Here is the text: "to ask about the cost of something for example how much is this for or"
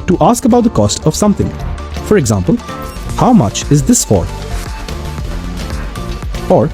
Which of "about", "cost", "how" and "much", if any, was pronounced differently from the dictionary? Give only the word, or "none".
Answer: none